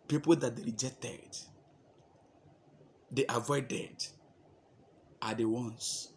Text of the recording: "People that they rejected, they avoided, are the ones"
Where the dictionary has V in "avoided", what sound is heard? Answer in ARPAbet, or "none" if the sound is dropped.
V